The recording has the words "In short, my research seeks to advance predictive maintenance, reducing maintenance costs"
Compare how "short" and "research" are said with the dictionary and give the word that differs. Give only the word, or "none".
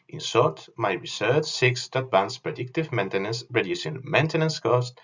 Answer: short